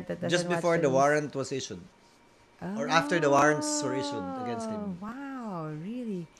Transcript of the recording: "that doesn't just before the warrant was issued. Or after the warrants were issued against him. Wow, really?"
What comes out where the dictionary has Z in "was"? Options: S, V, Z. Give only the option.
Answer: S